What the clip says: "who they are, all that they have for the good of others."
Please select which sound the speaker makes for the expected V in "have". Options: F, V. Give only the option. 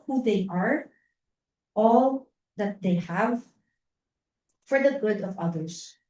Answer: V